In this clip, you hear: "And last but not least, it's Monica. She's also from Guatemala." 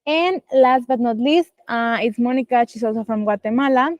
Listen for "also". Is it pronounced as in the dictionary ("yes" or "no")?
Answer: no